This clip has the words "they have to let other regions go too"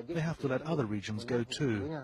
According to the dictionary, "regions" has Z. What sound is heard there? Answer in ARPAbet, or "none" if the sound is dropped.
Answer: Z